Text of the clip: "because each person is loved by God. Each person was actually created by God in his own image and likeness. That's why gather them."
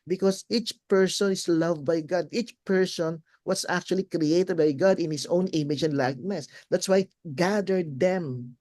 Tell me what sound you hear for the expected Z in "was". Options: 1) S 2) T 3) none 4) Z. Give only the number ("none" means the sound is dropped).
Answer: 1